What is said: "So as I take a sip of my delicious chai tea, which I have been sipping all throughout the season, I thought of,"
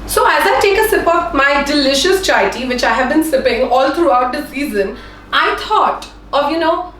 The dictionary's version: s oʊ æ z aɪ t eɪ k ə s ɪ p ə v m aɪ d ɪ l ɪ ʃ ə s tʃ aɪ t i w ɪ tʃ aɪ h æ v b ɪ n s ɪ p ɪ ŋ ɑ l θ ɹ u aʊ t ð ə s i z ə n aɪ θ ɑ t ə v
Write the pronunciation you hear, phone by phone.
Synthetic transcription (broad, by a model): s oʊ æ z aɪ t eɪ k ə s ɪ p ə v m aɪ d ɪ l ɪ ʃ ə s tʃ aɪ t i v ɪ tʃ aɪ h æ v b ɪ n s ɪ p ɪ ŋ ɑ l t ɹ u aʊ t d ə s i z ə n aɪ t ɑ t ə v